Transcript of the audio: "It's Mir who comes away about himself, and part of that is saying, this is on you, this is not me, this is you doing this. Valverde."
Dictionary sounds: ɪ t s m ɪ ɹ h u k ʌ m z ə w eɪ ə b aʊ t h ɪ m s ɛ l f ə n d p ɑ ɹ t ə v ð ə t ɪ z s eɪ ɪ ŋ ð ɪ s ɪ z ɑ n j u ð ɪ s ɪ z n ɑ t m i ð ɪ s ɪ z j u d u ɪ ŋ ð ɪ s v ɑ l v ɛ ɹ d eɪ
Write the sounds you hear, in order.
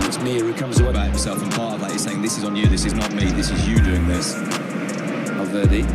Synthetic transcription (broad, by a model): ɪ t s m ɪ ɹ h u k ʌ m z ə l ə b aʊ t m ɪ s ɛ l f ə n p ɑ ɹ t ə v ð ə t ɪ z s eɪ ɪ ŋ ð ɪ s ɪ z n j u ð ɪ s ɪ z n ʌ t m i ð ɪ s ɪ z j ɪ d u ɪ ŋ ð ɪ s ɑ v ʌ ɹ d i